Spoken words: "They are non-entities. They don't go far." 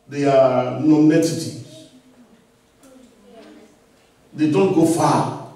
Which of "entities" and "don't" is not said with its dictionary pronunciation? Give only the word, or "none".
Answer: entities